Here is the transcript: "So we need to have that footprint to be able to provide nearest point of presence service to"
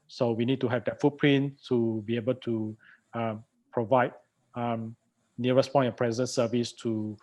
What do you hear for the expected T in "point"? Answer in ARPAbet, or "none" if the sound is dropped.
none